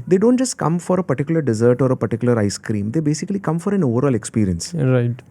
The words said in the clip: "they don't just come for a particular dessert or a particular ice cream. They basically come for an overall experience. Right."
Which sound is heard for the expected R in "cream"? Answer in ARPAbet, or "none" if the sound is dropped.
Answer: R